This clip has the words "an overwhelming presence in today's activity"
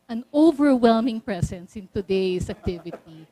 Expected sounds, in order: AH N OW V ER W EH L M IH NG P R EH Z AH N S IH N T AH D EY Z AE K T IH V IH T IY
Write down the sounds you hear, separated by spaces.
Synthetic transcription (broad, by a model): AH N OW V ER W EH L M IH NG P R EH S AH N S IH N T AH D EY S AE K T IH V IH T IY